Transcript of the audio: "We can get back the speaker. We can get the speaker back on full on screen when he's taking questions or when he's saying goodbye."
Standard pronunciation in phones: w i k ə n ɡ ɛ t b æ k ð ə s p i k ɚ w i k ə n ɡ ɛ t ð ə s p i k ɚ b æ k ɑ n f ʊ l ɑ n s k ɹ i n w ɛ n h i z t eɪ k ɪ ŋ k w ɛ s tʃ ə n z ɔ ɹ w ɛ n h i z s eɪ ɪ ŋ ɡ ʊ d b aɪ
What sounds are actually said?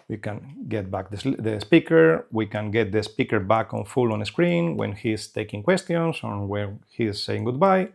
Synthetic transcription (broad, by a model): w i k ə n ɡ ɛ t b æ k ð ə s p i k ɚ w i k ə n ɡ ɛ t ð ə s p i k ɚ b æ k ɑ n f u l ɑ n s k ɹ i n w ɛ n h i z t eɪ k ɪ ŋ k w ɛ s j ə n s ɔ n w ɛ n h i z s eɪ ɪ ŋ ɡ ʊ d b aɪ